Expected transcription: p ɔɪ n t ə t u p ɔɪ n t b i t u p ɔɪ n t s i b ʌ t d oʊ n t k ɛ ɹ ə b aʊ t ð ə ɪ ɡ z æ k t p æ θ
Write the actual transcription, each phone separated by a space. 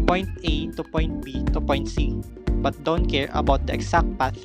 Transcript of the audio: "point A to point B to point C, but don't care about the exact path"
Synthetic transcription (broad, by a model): p ɔɪ n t ə t u p ɔɪ n t b i t u p ɔɪ n t s i b ʌ t d oʊ n t k ɛ ɹ ə b aʊ t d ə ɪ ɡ s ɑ k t p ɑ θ